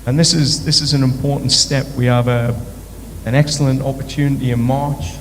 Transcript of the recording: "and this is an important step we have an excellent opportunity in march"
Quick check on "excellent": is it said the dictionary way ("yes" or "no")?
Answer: yes